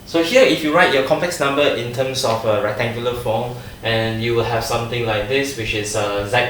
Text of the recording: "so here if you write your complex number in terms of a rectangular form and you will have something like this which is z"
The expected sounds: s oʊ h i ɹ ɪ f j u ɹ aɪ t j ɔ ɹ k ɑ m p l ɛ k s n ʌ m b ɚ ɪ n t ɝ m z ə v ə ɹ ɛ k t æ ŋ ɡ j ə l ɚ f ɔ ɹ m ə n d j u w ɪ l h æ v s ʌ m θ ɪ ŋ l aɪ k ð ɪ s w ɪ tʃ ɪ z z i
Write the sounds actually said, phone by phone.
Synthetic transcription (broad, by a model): s oʊ h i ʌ ɪ f j u ɹ aɪ t j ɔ k ɑ m p l ɛ k s n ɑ m b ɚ ɪ n t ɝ m s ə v ə ɹ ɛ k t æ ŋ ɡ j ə l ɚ f ɔ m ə n j u w ɪ l h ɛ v s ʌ m t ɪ ŋ l aɪ k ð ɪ s w ɪ tʃ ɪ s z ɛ